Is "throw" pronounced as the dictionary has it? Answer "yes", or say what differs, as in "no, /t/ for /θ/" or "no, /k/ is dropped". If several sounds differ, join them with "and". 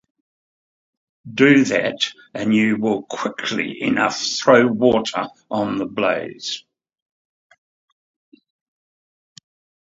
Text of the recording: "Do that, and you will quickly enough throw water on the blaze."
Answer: yes